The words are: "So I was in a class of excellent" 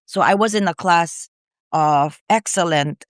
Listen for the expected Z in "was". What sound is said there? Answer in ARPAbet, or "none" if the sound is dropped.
Z